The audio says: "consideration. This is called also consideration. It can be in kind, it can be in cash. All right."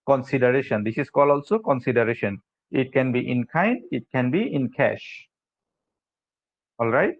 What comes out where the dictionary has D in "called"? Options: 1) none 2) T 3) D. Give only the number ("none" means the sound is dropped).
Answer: 1